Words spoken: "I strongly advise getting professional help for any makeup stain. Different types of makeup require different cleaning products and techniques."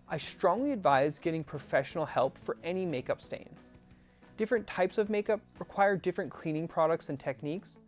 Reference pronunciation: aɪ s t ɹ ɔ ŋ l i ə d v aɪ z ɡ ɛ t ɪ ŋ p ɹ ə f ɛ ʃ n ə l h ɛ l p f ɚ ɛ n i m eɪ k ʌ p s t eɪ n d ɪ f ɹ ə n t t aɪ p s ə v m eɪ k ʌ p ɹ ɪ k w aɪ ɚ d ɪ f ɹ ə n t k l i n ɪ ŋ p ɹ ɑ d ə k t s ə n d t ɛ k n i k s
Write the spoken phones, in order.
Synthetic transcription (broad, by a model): aɪ s t ɹ ɔ ŋ l i ə d v aɪ z ɡ ɛ t ɪ ŋ p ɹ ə f ɛ ʃ n l h ɛ l p f ɚ ɛ n i m eɪ k ʌ p s t eɪ n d ɪ f ɹ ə n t t aɪ p s ə v m eɪ k ʌ p ɹ ɪ k w aɪ ɚ d ɪ f ɹ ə n k l i n ɪ ŋ p ɹ ɑ d ə k t s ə n t ɛ k n i k s